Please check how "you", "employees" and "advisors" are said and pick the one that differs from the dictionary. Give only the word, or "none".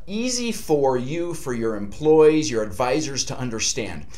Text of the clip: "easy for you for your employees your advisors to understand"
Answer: none